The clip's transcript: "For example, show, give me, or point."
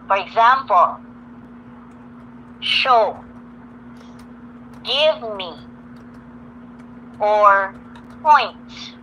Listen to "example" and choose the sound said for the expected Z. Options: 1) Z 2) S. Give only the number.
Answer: 1